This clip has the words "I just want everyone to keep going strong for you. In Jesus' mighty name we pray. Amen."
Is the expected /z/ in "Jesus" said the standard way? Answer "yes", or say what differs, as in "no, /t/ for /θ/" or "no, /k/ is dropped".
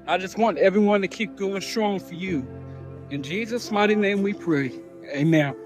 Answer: yes